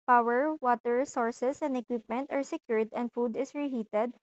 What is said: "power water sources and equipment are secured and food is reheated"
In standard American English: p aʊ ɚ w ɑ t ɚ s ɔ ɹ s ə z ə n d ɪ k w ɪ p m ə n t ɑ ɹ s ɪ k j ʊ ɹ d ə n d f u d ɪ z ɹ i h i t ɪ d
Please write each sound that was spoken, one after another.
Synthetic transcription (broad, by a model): p aʊ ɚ w ɑ t ɚ s ɔ ɹ s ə s ə n d ɪ k w ɪ p m ə n t ɑ ɹ s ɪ k j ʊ ɹ d ə n d f u d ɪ s ɹ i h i t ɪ d